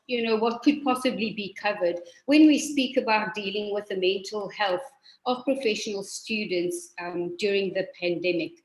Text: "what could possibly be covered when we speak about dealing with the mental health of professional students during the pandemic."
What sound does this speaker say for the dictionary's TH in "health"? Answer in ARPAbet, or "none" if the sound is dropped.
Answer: TH